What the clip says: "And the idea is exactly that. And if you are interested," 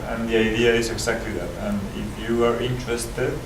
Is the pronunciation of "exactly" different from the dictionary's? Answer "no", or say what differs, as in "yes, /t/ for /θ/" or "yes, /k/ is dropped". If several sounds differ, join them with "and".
yes, /s/ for /z/